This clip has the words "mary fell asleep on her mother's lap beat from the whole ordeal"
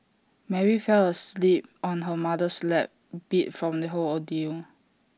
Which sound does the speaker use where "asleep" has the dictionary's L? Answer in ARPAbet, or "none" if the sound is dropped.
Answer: L